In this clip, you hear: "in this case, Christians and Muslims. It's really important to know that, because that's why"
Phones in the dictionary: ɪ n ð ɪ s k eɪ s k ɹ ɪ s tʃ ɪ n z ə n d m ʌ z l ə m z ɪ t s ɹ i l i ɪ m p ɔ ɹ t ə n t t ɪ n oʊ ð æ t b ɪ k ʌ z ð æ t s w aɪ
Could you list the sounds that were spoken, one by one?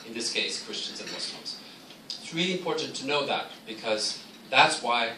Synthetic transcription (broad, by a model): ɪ n ð ɪ s k eɪ s k ɹ ɪ s tʃ ɪ n z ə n m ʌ s l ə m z ɪ t s ɹ i l i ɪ m p ɔ ɹ t n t t ɪ n oʊ ð æ t b ɪ k ʌ z ð æ t s w aɪ